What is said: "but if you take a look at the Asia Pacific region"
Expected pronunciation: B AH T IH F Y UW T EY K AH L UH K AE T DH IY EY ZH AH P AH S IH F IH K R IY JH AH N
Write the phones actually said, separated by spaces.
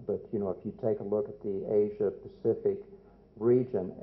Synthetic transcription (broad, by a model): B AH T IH F Y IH T EY K AH L UH K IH T DH IY EY ZH AH P AH S IH F IH K R IY JH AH N